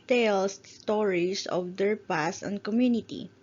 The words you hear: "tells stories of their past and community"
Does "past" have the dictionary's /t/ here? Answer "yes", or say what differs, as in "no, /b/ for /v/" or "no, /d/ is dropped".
no, /t/ is dropped